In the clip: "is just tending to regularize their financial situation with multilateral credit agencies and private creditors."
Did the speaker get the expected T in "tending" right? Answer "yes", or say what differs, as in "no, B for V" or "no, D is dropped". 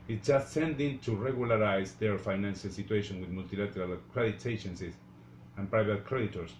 no, S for T